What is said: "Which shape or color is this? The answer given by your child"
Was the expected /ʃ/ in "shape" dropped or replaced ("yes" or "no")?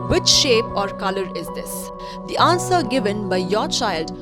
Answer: no